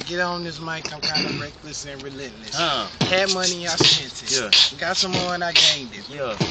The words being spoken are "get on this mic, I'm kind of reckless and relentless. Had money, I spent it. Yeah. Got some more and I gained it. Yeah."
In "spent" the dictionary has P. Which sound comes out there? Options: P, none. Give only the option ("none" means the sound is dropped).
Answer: none